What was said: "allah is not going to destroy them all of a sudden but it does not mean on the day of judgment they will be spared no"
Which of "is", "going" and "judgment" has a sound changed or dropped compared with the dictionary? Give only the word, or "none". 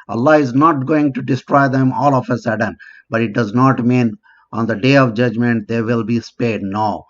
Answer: none